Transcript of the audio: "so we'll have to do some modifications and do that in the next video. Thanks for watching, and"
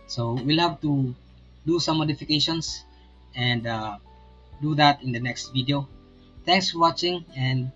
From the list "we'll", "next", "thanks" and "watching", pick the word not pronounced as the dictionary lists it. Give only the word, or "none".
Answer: thanks